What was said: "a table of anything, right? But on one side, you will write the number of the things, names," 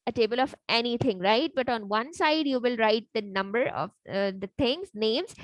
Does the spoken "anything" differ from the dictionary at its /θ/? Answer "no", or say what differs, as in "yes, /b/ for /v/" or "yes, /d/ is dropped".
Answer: yes, /t/ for /θ/